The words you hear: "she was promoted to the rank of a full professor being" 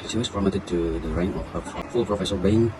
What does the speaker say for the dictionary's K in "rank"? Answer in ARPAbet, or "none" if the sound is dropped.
none